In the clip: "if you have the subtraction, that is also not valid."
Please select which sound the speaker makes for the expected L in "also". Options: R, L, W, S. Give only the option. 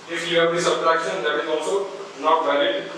W